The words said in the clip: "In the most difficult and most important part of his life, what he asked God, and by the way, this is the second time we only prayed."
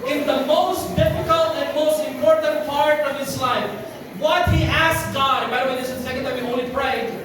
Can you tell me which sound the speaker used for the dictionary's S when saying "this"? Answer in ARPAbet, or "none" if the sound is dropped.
none